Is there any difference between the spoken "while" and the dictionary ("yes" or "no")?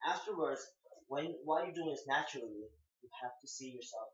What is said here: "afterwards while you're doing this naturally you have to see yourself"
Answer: yes